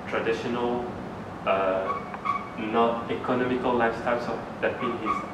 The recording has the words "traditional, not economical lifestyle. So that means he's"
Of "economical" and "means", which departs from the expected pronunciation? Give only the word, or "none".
means